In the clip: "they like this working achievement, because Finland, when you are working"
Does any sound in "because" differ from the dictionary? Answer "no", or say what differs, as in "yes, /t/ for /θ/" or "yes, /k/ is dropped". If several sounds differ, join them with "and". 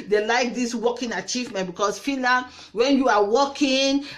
yes, /s/ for /z/